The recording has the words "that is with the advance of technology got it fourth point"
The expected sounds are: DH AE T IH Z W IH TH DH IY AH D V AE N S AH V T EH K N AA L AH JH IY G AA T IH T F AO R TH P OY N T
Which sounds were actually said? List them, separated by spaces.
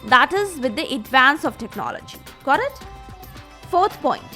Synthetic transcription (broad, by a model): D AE T IH Z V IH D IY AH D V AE N S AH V T EH K N AA L AH JH IY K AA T IH T F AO R T P OY N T